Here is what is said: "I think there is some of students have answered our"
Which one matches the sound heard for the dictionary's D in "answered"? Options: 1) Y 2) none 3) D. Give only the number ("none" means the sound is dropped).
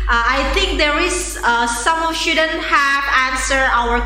2